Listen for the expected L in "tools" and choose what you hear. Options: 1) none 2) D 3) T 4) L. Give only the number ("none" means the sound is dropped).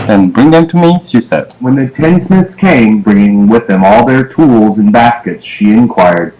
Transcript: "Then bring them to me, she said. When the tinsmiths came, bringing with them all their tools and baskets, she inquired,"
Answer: 4